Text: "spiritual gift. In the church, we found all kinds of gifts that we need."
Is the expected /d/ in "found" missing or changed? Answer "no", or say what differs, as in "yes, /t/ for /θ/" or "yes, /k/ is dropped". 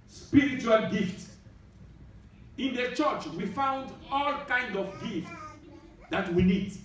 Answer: no